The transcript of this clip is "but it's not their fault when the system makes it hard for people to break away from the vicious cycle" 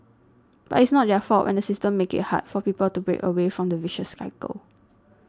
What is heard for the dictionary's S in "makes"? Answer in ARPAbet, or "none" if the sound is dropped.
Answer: none